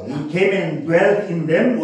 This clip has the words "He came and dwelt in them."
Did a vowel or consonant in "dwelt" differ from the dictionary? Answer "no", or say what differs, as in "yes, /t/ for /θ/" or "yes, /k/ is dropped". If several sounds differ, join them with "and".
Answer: no